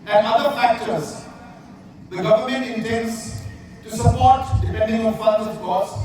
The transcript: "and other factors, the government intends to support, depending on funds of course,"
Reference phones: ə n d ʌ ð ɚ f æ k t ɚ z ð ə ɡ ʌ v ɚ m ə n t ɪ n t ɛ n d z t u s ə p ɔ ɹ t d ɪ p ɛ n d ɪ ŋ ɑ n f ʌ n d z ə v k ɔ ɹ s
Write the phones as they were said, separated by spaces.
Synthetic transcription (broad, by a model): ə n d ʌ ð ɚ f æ k t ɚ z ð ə ɡ ʌ v ɚ m ə n t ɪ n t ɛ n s t u s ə p ɔ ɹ t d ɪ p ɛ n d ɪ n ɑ l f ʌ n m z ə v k ɔ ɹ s